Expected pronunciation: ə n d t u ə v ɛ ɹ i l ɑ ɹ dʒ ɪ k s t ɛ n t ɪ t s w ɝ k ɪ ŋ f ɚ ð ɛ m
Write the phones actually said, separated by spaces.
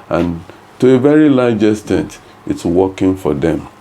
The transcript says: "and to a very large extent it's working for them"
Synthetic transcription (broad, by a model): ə n t u ə v ɛ ɹ i l ɑ dʒ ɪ s t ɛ n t ɪ t s w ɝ k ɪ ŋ f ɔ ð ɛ m